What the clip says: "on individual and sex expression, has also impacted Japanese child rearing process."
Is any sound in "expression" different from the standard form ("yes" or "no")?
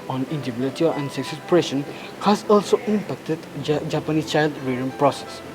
yes